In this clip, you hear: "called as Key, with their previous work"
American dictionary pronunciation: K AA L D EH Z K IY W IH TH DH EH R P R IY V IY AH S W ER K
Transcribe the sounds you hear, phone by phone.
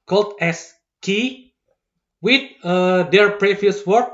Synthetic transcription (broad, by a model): K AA L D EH S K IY W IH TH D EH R P R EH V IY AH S W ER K